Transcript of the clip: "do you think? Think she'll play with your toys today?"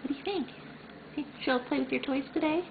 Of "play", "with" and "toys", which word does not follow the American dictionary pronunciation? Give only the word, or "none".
toys